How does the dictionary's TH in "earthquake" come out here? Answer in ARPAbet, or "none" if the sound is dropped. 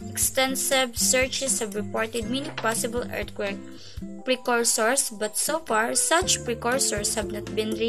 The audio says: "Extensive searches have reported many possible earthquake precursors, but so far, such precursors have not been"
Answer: T